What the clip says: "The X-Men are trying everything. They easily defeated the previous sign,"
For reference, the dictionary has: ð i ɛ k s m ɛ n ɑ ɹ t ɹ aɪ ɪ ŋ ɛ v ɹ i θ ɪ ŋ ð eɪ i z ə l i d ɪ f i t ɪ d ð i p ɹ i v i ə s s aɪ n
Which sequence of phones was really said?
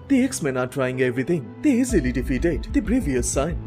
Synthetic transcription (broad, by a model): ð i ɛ k s m ɛ n ɑ ɹ t ɹ aɪ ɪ ŋ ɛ v ɹ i t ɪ ŋ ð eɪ i z ə l i d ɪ f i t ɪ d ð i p ɹ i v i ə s s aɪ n